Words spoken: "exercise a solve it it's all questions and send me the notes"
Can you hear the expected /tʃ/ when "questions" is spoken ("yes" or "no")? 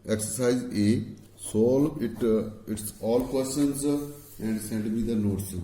no